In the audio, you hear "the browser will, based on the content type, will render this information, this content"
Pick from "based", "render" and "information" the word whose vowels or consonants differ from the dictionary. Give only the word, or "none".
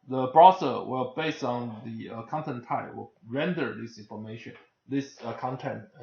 none